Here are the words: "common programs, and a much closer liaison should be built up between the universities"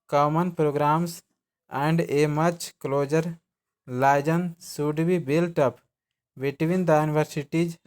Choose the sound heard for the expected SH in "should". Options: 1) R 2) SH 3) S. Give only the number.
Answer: 3